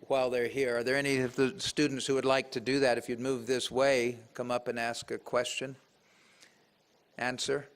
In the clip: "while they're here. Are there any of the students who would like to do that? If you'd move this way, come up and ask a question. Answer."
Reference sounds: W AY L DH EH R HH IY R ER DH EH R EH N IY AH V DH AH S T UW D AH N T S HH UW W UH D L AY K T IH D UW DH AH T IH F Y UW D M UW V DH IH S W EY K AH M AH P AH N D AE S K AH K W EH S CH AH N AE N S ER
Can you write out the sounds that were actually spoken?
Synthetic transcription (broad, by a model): W AY L DH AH R HH IY R ER DH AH R EH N IY AH V DH AH S T UW D N T S HH UW W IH D L AY K T IH D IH DH AH T IH F Y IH D M UW V DH IH S W EY K AH M AH P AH N AE S K AH K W EH S CH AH N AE N S ER